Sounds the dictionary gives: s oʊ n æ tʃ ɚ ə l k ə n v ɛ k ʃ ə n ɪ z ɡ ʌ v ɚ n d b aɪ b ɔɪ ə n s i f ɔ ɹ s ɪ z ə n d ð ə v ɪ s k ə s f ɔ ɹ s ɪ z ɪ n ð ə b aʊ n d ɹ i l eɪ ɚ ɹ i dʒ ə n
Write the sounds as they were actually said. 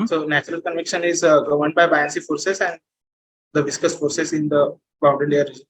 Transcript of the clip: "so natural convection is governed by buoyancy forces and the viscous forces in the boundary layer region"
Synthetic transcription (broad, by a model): s oʊ n æ tʃ ɚ ə l k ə n v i k ʃ ə n ɪ z ɡ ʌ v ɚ n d b aɪ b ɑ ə n s i f ɔ ɹ s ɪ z ə n d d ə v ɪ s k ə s f ɔ ɹ s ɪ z ɪ n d ə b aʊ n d i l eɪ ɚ ɹ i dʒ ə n